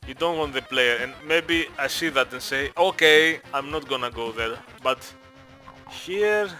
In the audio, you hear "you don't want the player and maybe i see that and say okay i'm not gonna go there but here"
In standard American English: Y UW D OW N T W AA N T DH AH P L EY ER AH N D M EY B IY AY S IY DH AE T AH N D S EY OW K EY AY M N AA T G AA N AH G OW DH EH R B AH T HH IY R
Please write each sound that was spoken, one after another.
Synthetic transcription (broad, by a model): Y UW D OW N T W AA N T DH AH P L EY ER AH N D M EY B IY AY S IY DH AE T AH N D S EY OW K EY AY M N AA T G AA N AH G OW DH EH R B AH T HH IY R